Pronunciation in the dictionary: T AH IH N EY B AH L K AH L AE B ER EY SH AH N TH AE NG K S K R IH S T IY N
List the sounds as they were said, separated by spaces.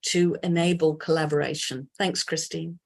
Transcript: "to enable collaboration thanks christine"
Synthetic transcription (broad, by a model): T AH IH N EY B AH L K AH L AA B ER EY SH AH N TH AE NG K S K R IH S T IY N